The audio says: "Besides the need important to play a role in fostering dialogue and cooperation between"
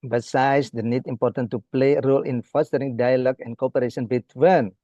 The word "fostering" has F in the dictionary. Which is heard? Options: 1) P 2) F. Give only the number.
2